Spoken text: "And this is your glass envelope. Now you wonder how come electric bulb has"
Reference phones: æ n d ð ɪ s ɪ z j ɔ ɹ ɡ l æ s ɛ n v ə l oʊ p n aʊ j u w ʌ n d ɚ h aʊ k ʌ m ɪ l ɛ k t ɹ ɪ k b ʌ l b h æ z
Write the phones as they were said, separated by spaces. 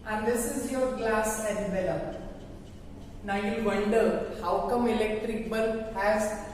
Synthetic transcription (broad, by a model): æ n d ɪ s ɪ z j ɔ ɹ ɡ l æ s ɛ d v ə l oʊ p n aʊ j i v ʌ l d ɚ h aʊ k ʌ m ɪ l ɛ k t ɹ ɪ k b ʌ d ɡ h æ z